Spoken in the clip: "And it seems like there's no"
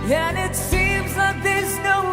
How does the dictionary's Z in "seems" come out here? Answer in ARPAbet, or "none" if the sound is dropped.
Z